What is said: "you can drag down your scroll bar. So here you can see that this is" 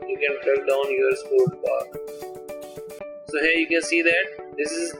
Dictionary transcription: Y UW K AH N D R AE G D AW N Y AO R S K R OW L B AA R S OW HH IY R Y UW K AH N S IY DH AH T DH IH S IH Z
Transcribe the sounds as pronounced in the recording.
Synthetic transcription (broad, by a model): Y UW K AH N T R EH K D AW N Y AO R S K OW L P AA R S OW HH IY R Y UW K AH N S IY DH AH T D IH S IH Z